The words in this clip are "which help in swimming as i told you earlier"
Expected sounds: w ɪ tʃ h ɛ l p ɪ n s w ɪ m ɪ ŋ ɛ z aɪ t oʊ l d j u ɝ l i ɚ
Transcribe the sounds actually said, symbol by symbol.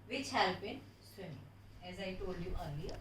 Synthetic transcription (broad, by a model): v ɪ tʃ h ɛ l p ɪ n s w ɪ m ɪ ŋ ɛ z aɪ t oʊ l d j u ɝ l i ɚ